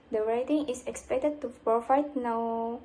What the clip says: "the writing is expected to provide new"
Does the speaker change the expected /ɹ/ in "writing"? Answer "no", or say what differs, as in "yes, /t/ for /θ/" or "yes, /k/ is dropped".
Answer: no